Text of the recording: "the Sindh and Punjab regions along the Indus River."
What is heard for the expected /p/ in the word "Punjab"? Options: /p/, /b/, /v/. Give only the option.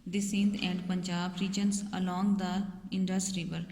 /p/